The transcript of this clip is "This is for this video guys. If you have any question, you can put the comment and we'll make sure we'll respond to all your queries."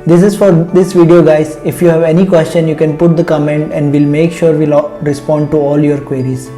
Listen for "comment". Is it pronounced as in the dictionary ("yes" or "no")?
yes